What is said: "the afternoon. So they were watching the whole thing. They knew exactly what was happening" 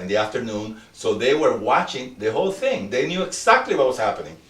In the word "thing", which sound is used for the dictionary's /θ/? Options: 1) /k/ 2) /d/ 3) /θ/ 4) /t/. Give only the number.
3